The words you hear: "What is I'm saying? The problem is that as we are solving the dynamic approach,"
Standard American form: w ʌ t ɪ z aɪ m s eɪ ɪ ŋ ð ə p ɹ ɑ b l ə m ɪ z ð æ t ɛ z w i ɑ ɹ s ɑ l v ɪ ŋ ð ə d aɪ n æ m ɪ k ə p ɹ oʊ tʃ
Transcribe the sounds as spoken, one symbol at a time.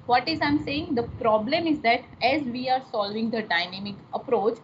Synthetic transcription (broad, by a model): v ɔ t ɪ z aɪ m s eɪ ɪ ŋ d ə p ɹ ɑ b l ə m ɪ z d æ t ɛ z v i ɑ ɹ s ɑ l v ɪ ŋ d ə d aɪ n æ m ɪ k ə p ɹ oʊ tʃ